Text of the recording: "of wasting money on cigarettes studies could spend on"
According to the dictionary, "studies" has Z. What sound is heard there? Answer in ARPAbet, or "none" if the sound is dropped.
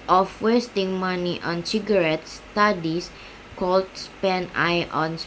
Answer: S